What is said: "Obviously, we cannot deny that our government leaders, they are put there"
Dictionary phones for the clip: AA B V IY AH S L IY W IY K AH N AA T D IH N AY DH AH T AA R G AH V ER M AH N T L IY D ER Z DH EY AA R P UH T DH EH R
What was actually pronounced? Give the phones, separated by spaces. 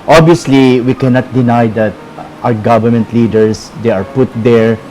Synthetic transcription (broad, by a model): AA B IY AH S L IY W IY K AH N AA T D IH N AY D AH T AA W G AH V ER M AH N T L IY D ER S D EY AA R P UH T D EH R